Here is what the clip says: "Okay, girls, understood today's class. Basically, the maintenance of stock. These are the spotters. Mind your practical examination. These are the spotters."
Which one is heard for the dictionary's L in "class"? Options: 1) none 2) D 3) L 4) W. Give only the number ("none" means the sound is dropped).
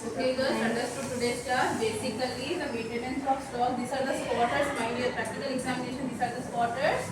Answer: 1